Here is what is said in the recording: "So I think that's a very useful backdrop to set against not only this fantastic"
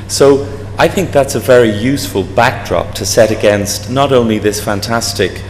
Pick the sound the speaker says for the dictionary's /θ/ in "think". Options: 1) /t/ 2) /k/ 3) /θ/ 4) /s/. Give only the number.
3